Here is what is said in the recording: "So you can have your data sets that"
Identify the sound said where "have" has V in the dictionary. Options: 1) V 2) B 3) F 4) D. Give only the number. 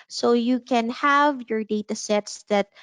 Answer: 1